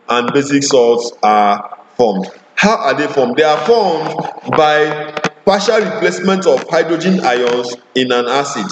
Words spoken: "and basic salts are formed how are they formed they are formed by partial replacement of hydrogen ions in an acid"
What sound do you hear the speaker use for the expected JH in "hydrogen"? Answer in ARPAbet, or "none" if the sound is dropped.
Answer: JH